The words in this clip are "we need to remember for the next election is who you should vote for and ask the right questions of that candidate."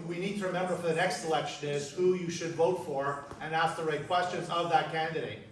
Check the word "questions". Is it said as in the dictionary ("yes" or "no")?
yes